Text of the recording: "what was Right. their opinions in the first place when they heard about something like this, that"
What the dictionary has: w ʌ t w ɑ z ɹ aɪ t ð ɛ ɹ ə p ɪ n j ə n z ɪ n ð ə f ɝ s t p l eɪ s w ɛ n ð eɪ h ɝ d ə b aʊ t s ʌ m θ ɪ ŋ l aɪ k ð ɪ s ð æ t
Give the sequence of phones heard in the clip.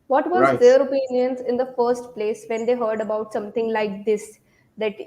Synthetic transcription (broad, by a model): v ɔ t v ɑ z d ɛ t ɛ ɹ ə p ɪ n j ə n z ɪ n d ə f ɝ s t p l eɪ s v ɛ n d eɪ h ɝ d ə b aʊ t s ʌ m t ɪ ŋ l aɪ k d ɪ s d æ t